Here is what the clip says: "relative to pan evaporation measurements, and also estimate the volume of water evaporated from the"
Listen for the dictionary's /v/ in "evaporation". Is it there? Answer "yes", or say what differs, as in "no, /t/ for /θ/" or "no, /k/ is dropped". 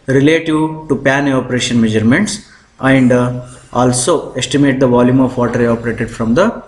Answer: no, /v/ is dropped